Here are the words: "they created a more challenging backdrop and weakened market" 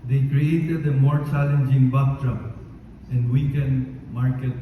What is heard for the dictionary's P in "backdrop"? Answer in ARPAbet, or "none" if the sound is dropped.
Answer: none